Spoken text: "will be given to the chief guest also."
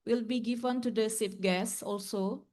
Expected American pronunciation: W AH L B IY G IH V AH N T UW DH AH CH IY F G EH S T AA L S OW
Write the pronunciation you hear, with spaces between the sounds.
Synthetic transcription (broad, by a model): W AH L B IY G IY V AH N T UW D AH S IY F G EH S AA L S OW